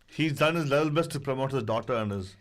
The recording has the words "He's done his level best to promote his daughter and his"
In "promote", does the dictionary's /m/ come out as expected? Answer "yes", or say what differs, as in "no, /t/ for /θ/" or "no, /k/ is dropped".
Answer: yes